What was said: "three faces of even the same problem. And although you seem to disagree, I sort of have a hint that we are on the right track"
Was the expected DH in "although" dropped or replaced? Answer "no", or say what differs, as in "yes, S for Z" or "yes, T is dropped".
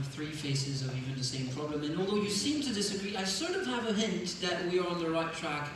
no